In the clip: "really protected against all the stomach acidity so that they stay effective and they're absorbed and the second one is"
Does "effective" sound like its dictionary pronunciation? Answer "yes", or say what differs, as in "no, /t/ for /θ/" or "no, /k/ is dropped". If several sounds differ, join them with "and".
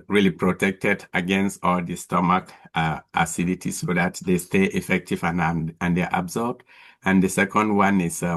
yes